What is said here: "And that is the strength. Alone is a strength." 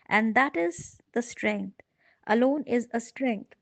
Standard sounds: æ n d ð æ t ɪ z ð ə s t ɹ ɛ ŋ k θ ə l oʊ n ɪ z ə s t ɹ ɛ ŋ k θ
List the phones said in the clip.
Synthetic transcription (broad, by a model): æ n d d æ t ɪ z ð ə s t ɹ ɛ ŋ k t ə l oʊ n ɪ z ə s t ɹ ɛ ŋ k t